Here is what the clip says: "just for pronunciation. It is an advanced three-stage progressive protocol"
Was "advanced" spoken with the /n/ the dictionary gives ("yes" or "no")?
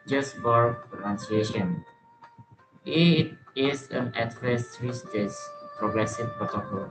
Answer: no